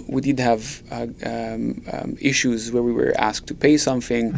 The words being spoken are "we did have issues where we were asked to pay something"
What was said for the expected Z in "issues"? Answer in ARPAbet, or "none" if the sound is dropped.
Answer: Z